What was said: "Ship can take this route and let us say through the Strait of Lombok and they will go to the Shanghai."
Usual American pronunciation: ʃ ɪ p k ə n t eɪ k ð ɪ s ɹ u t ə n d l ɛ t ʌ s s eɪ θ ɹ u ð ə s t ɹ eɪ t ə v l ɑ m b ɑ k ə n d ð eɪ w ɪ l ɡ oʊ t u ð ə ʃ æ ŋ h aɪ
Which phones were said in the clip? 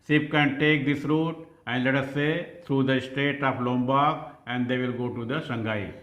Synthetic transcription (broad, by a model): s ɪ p k ə n t eɪ k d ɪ s ɹ u t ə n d l ɛ t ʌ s s eɪ t ɹ u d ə s t eɪ t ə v l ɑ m b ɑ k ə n d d eɪ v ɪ l ɡ oʊ t u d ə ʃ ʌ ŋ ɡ aɪ